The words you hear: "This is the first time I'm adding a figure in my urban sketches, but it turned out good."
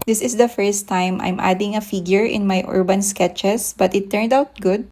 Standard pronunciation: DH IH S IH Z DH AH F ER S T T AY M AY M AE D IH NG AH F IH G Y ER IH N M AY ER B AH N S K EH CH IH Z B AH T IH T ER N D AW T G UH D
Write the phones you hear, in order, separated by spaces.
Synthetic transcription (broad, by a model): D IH S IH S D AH F ER S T T AY M AY M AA D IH NG AH F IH G Y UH IH N M AY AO B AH N S K EH CH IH S B AH T IH T ER N D AW T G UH D